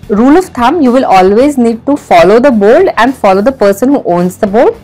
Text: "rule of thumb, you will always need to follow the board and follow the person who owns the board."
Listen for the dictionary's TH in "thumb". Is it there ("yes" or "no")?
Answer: no